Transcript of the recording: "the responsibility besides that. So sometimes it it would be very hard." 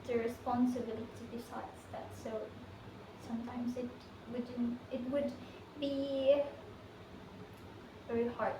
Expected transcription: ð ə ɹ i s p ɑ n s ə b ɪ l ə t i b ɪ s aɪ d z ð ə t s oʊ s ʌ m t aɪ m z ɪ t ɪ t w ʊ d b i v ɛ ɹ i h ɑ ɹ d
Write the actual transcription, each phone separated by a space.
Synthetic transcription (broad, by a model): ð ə ɹ i s p ɑ n s ə b ɪ l ə t i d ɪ s aɪ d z ð ə t s oʊ s ʌ m t aɪ m z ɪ t ɪ t w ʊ d b i v ɛ ɹ i h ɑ ɹ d